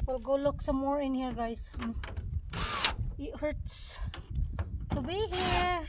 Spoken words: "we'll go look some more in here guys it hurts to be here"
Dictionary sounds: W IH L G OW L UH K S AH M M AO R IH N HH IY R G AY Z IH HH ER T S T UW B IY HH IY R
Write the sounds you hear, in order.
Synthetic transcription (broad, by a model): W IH L G OW L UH K S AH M M AO R IH N HH IY R G AY S IH HH ER T S T UW B IY HH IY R